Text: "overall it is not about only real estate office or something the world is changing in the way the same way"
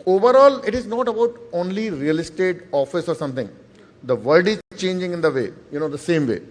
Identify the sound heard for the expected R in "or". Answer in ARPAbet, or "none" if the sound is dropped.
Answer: R